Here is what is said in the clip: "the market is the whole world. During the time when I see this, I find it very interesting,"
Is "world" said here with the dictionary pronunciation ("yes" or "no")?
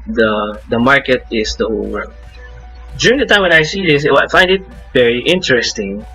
no